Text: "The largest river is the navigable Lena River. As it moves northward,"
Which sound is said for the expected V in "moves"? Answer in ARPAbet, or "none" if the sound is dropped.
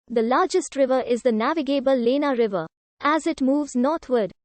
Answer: V